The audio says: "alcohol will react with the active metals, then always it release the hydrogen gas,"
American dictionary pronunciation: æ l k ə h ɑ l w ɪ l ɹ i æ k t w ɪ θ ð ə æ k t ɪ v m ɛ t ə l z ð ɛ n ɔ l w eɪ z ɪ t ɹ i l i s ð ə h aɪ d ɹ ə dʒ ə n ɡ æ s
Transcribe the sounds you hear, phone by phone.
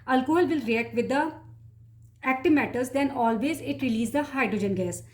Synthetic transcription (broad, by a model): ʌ l k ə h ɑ l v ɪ l ɹ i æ k t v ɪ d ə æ k t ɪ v m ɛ t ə z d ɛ n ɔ l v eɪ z ɪ t ɹ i l i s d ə h aɪ d ɹ ə dʒ ə n ɡ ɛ s